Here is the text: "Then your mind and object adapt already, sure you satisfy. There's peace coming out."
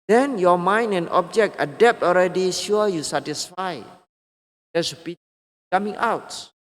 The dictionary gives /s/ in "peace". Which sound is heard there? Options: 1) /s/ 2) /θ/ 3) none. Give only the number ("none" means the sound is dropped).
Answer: 3